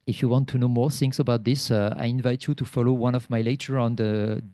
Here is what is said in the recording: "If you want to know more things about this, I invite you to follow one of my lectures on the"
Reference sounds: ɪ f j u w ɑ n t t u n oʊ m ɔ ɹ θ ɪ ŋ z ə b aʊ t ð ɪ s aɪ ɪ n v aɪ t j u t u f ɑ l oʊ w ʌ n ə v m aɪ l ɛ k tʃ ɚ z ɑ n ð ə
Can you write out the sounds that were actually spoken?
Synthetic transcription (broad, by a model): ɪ f j u w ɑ n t t u n oʊ m ɔ ɹ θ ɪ ŋ s ə b aʊ t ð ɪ s aɪ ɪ n v aɪ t j u t u f ɑ l oʊ w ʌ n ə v m aɪ l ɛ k tʃ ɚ ɑ n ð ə